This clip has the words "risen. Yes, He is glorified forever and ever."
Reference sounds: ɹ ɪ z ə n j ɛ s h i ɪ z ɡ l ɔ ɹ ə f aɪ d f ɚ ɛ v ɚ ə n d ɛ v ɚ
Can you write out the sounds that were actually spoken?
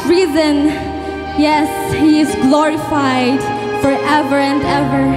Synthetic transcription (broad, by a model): ɹ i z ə n j ɛ s h i ɪ z ɡ l ɔ ɹ ə f aɪ d f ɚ ɛ v ɚ ə n d ɛ v ɚ